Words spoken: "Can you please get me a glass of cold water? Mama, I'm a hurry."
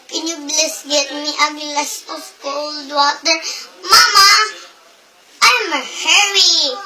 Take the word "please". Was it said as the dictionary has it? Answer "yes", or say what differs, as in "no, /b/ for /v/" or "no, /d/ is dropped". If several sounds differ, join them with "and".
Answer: no, /b/ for /p/ and /s/ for /z/